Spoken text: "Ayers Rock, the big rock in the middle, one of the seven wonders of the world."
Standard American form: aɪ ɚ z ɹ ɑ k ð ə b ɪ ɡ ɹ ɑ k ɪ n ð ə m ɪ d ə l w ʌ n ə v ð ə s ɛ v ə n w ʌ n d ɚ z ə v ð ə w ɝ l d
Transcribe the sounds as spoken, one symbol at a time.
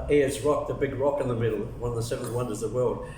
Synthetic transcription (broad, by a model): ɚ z ɹ ɑ k ð ə b ɪ ɡ ɹ ɑ k ɪ n ð ə m ɪ d l w ʌ n ə v ð ə s ɛ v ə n w ʌ n d ɚ z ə ð ə w ɝ l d